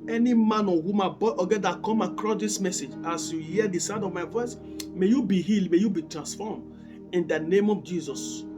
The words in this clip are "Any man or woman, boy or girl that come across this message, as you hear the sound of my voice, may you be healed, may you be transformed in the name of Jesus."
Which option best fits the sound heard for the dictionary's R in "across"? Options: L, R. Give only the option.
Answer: R